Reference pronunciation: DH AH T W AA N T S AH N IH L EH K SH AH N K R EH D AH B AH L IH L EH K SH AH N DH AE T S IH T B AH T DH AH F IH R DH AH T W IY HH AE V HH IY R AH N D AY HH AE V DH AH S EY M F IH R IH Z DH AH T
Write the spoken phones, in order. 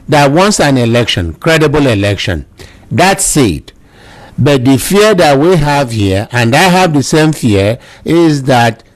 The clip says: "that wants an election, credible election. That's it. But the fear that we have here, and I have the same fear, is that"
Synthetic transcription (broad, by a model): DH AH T W AA N T S AH N IH L EH K SH AH N K R EH D AH B AH L IH L EH K SH AH N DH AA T S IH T B AH T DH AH F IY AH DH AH T W IY HH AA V HH IY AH AH N D AY HH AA V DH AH S EY M F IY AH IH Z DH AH T